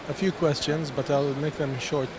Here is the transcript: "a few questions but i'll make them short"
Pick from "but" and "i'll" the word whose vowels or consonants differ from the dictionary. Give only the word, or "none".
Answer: none